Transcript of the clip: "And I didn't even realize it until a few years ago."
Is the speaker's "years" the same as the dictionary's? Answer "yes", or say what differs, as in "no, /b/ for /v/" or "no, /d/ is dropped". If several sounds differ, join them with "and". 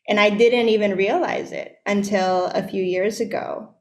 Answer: yes